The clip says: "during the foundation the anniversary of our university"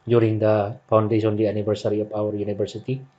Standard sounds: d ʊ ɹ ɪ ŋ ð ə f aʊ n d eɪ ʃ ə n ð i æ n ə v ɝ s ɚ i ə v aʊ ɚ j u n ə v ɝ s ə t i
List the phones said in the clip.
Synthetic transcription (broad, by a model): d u ɹ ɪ ŋ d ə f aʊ n d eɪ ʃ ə n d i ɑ n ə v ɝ s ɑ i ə p aʊ ɚ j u n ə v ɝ s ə t i